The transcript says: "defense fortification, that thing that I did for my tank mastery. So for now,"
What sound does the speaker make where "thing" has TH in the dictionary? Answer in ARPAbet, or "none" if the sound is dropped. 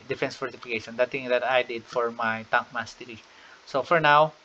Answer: T